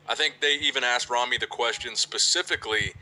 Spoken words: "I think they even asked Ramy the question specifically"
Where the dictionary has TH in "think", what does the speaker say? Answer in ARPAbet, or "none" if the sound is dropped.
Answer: TH